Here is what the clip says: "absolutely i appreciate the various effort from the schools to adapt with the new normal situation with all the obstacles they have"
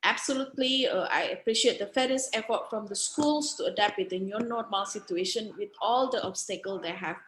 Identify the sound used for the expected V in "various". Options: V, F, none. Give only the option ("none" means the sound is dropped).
F